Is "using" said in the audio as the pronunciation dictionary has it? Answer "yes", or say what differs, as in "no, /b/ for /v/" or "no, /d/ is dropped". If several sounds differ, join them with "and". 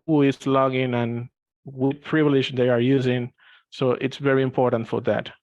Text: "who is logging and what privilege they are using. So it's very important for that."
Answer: yes